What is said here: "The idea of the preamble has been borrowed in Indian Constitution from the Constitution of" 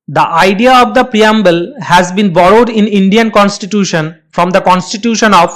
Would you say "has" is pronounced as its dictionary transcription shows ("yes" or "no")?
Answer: yes